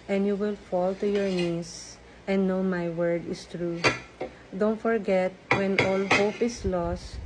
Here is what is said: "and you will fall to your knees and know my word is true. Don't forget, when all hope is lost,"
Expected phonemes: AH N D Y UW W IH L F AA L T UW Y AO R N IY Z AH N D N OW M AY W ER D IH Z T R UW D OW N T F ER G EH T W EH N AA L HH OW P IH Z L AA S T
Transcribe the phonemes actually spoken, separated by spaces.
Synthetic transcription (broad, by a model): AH N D Y UW W IH L F AA L T UW Y AO R N IY S AH N D N OW M AY W ER D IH S T R UW D OW N T F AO G EH T W EH N AA L HH OW P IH S L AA S T